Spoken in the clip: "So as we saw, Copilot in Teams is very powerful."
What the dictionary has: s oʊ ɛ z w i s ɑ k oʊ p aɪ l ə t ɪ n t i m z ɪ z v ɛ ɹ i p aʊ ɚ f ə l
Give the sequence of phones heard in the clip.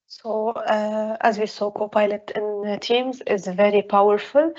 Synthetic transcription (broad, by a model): s oʊ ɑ z w i s ɑ k oʊ p aɪ l ə t ɪ n t i m z ɪ z v ɛ ɹ i p aʊ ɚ f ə l